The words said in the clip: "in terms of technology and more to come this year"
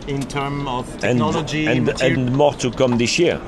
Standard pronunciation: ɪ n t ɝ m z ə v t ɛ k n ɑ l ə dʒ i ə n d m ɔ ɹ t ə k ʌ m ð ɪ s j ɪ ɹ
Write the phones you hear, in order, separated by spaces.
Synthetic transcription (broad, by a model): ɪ n t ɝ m ə v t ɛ n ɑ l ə dʒ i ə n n m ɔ t ə k ʌ m ð ɪ s j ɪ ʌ